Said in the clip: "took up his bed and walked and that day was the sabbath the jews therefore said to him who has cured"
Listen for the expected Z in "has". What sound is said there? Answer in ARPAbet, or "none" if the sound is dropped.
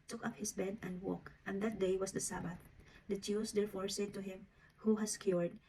S